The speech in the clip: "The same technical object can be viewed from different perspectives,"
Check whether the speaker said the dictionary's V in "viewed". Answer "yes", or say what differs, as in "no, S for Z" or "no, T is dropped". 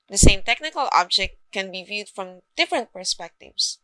yes